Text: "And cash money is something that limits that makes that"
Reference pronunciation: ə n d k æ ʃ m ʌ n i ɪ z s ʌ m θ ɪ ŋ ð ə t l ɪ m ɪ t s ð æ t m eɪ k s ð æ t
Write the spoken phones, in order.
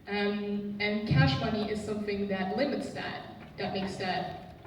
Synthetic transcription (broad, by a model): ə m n k æ ʃ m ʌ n i ɪ z s ʌ m θ ɪ ŋ ð ə t l ɪ m ɪ t s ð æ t m eɪ k s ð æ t